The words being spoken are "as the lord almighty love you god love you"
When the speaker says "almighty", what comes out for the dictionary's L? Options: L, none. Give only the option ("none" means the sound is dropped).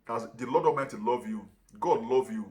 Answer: none